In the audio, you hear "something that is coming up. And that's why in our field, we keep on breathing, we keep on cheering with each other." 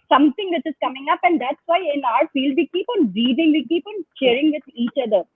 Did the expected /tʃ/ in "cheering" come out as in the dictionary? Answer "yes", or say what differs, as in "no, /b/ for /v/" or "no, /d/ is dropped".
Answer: no, /ʃ/ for /tʃ/